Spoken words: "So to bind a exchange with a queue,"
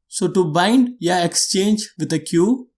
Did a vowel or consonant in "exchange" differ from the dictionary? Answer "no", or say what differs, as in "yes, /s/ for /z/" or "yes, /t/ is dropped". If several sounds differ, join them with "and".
no